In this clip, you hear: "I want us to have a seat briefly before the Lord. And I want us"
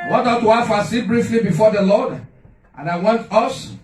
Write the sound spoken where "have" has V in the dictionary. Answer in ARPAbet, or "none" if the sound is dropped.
F